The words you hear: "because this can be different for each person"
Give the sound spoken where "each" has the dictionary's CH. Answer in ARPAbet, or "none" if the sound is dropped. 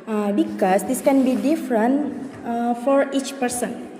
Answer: CH